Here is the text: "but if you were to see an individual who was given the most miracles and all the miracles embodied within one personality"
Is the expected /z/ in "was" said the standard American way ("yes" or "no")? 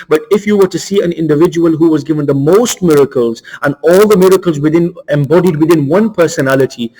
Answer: yes